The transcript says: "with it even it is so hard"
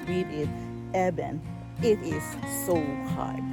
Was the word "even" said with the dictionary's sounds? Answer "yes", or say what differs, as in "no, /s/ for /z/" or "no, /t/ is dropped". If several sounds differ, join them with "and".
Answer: no, /b/ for /v/